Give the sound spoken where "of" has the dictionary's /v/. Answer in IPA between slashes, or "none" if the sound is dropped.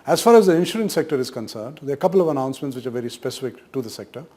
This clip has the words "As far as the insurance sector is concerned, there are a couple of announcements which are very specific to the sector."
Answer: /v/